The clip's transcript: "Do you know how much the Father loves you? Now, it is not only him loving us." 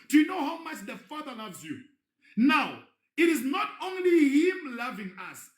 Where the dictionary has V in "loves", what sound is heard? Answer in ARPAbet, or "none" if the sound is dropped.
V